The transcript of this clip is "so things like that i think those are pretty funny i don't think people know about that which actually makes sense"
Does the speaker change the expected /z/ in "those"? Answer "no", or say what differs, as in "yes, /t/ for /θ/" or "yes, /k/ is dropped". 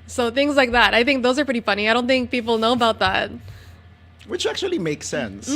no